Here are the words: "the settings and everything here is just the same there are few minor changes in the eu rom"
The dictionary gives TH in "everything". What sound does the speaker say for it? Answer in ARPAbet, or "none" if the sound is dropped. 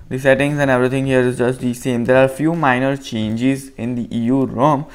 T